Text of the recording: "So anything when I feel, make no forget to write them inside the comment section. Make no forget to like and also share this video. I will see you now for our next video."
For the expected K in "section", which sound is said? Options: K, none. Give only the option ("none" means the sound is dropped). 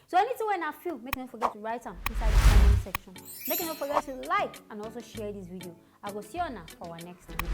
K